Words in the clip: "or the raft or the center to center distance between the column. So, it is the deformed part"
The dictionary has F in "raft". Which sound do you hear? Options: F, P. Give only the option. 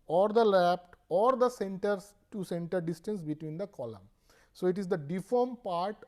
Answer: P